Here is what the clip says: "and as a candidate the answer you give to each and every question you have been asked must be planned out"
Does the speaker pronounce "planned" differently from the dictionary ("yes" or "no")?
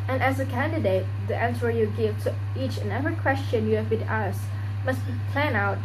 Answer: yes